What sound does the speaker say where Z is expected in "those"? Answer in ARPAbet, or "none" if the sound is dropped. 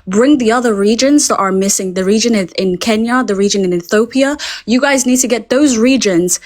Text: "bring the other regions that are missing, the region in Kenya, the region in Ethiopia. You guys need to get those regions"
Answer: Z